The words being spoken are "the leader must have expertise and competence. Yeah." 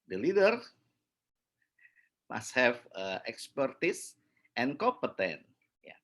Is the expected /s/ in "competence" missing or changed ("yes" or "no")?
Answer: yes